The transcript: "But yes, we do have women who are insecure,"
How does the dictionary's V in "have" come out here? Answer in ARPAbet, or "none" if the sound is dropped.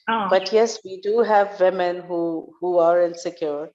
V